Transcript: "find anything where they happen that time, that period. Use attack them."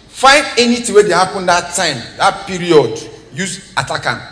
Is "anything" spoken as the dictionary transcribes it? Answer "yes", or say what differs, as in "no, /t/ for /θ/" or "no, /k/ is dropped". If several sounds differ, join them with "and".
no, /t/ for /θ/